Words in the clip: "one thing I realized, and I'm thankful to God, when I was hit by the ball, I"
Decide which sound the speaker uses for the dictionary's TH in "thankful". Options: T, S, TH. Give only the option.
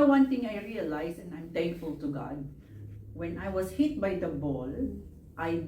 T